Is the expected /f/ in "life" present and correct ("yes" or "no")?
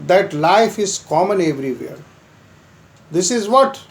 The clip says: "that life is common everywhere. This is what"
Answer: yes